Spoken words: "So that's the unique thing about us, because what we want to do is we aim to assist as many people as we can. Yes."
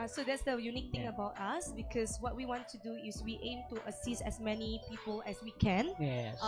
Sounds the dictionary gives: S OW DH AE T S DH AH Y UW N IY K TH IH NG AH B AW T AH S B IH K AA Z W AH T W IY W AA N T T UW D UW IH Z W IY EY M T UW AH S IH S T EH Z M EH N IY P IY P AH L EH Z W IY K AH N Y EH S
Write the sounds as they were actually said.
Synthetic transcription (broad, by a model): S OW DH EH T S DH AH Y UW N IY K T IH NG AH B AW T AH S B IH K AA S W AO T W IY W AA N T T UW D UW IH S W IY EY M T UW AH S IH S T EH S M EH N IY P IY P AH L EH S W IY K AH N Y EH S